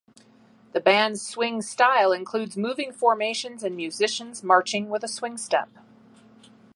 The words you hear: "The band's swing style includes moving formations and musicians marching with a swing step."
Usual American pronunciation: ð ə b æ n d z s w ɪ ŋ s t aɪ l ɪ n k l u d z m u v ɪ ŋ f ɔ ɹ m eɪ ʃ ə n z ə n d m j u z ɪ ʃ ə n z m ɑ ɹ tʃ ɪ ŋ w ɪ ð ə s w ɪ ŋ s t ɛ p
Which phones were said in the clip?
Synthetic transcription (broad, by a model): ð ə b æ n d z s w ɪ ŋ s t aɪ l ɪ n k l u d z m u v ɪ ŋ f ɔ ɹ m eɪ ʃ ə n z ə n m j u z ɪ ʃ ə n z m ɑ ɹ tʃ ɪ ŋ w ɪ ð ə s w ɪ ŋ s t ɛ p